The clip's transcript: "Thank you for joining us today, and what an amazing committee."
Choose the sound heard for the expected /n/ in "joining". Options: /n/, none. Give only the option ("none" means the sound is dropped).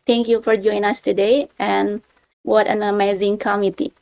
none